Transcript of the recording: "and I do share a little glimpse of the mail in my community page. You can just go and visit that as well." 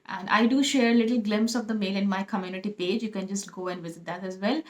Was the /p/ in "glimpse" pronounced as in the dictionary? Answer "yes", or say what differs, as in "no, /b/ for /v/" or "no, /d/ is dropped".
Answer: yes